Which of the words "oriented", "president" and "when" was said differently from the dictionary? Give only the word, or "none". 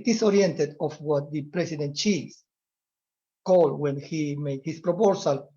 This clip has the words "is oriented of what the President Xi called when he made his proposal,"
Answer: president